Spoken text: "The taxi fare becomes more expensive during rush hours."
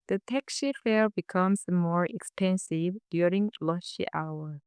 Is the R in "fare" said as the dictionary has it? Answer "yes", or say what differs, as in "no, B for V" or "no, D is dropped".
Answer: no, L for R